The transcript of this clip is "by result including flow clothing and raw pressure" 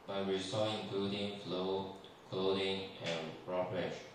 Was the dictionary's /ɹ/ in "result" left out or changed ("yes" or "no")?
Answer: yes